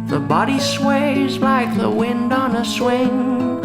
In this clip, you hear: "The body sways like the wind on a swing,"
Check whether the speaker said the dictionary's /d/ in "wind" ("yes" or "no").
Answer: yes